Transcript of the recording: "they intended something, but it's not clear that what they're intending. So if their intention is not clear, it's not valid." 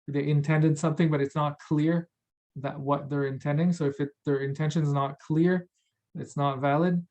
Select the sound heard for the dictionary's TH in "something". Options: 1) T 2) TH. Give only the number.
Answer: 2